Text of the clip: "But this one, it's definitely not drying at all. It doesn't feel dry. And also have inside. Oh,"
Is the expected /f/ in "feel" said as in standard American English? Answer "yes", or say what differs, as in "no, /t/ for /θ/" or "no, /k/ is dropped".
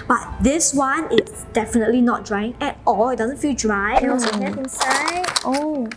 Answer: yes